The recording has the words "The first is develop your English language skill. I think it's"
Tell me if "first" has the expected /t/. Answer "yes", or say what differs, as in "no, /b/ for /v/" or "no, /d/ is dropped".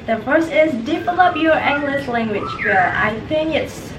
no, /t/ is dropped